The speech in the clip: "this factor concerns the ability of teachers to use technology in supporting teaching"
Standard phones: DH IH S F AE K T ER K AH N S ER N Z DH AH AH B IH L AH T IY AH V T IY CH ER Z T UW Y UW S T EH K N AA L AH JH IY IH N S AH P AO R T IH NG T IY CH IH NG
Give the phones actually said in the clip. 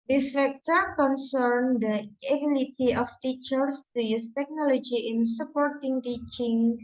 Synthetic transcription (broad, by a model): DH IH S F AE K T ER K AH N S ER N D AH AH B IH L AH T IY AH F T IY CH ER S T UW Y UW S T EH K N AA L AH JH IY IH N S AH P AO R T IH NG T IY CH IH NG